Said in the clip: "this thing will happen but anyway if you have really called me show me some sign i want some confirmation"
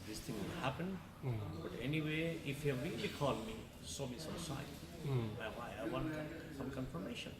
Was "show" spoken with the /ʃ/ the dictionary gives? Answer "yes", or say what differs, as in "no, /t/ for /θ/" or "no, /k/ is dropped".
no, /s/ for /ʃ/